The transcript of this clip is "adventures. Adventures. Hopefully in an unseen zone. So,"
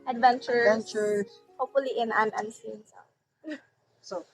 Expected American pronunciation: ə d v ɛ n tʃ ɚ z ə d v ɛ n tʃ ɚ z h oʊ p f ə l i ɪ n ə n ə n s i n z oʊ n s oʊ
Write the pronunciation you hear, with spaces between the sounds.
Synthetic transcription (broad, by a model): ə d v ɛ n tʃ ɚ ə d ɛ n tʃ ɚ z h oʊ p f ə l i ɪ n ə n ə n s i n s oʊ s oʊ